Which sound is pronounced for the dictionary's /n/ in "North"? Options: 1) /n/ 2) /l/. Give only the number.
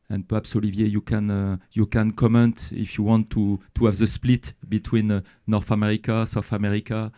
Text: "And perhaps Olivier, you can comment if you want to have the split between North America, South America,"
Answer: 1